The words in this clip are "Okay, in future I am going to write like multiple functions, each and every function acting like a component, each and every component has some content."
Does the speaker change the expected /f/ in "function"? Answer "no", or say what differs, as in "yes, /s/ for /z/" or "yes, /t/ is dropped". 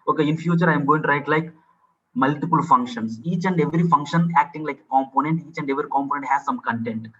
no